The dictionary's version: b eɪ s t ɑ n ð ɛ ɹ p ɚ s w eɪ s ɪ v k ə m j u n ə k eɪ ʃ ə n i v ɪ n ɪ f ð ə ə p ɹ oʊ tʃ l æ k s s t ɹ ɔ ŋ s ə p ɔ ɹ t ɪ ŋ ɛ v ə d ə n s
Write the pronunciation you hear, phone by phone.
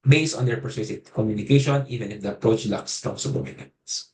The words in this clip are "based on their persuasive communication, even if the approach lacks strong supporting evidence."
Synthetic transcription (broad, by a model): b eɪ s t ɑ n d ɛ ɹ p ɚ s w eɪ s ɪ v k ə m j u n ə k eɪ ʃ ə n i v ɪ n ɪ f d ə ə p ɹ oʊ tʃ l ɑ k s s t ɔ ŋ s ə b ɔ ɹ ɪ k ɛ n s